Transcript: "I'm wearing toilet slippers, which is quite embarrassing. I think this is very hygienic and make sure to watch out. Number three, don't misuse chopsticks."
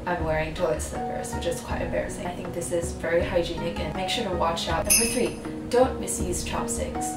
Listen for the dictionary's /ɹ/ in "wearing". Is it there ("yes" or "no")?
yes